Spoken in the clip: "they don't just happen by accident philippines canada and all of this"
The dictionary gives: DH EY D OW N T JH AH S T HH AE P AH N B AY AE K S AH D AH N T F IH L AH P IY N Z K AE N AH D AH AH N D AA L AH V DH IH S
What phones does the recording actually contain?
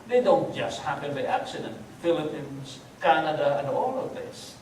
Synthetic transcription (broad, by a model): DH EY D OW N T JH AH S T HH AE P AH N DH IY AE K S AH D AH N T F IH L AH P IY N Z K AE N AH D AH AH N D AA L AH V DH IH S